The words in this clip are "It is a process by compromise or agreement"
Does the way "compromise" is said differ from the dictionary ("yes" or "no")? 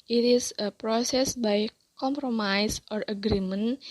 yes